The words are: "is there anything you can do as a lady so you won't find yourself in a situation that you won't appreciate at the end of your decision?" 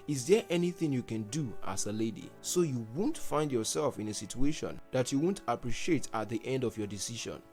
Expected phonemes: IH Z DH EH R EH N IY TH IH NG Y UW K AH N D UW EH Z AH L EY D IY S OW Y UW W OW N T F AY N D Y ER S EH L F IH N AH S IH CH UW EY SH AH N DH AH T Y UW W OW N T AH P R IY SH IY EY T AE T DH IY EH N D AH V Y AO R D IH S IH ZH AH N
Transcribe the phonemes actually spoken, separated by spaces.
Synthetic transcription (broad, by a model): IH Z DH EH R EH N IY TH IH NG Y UW K AH N D UW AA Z AH L EY D IY S OW Y UW W OW N T F AY N D Y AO S EH L F IH N AH S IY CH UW EY SH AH N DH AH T Y UW W OW N T AH P R IY SH IY EY T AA T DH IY EH N D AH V Y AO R D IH S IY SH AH N